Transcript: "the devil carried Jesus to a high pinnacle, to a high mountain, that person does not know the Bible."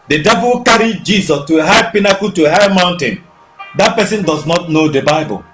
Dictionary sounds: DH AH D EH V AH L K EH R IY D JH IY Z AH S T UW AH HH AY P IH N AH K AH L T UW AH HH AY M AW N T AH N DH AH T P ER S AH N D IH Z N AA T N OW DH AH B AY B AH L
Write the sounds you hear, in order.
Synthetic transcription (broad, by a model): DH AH D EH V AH W K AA R IY JH IY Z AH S T UW AH HH AY P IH N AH K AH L T UW AH HH AY M AW N T AH N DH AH T P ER S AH N D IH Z N AA T N OW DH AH B AY B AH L